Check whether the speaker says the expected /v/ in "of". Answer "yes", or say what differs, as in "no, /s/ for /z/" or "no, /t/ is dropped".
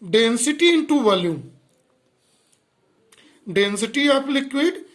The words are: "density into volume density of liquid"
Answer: no, /p/ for /v/